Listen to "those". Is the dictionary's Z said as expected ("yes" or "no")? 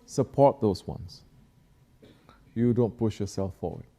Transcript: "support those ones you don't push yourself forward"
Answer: no